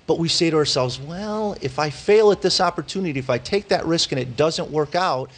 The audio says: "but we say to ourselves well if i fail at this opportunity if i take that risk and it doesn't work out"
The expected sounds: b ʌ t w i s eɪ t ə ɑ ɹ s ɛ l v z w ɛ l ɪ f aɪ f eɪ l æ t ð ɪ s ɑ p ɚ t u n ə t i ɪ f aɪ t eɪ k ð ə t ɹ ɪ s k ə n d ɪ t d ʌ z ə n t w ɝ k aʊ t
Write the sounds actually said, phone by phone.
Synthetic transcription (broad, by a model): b ʌ t w i s eɪ t ə ɑ ɹ s ɛ l v z w ɛ l ɪ f aɪ f eɪ l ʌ t ð ɪ s ɑ p ɚ t u n ə t i ɪ f aɪ t eɪ k ð ə t ɹ ɪ s k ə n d ɪ t d ʌ z ə n t w ɝ k aʊ t